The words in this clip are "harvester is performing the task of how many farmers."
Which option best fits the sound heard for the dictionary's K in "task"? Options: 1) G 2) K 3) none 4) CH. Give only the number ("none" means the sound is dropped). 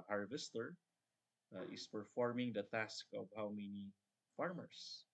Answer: 2